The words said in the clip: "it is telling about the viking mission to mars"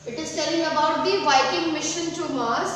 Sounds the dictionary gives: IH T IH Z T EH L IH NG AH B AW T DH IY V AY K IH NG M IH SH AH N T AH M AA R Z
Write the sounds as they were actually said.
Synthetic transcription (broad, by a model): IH T IH Z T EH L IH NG AH B AW T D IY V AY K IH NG M IH SH AH N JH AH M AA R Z